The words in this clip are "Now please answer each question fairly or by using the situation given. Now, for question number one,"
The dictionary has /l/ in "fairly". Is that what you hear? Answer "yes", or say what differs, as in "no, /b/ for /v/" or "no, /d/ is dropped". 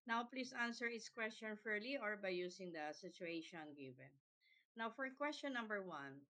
yes